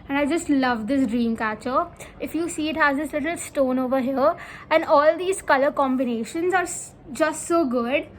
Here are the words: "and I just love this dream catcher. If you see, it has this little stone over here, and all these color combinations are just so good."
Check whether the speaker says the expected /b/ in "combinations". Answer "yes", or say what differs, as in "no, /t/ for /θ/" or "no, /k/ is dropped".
yes